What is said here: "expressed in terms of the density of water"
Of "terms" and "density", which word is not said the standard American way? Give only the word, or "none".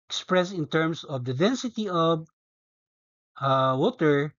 terms